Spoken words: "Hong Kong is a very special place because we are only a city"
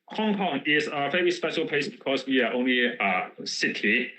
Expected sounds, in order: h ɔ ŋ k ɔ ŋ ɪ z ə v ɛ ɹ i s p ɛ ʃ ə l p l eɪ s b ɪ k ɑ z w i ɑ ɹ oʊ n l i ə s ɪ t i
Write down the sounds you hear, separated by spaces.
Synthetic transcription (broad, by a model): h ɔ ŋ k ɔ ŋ ɪ z ə f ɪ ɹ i s p ɛ ʃ ə l p eɪ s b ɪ k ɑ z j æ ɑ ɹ oʊ n l i ə s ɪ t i